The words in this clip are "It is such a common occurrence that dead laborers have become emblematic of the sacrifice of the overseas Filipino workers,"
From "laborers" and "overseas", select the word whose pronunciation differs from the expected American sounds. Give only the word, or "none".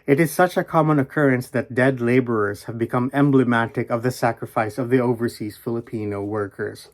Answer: none